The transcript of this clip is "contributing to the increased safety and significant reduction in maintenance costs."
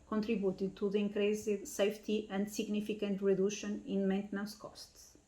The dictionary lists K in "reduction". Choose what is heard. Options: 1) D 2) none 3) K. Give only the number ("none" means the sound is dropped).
2